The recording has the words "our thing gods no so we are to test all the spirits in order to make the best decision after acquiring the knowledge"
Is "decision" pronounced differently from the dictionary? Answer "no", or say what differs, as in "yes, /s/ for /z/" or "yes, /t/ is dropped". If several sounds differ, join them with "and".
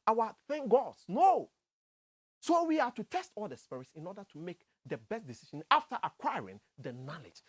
yes, /ʃ/ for /ʒ/